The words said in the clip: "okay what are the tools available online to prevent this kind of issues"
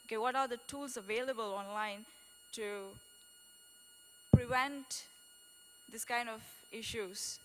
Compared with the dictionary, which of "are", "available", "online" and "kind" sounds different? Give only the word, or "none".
none